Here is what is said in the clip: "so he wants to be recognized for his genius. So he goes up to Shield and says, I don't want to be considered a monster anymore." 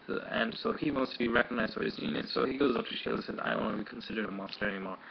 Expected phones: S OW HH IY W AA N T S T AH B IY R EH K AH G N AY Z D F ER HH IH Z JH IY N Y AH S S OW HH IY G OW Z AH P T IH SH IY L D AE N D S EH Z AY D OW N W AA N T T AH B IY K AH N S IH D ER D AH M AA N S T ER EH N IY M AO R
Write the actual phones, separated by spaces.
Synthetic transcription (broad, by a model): S OW HH IY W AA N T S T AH B IY R EH K AH G N AY Z D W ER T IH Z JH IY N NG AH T S OW HH IY G OW Z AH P T IH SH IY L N S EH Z AY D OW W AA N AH B IY K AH N S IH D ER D AH M AA N S T ER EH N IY M AO R